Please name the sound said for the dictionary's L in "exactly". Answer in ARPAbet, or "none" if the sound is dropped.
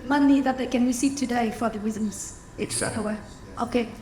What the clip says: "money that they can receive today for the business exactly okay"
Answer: W